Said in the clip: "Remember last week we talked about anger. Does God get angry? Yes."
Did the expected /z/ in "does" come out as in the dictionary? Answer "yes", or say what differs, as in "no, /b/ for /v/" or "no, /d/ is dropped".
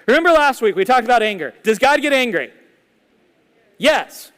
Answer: yes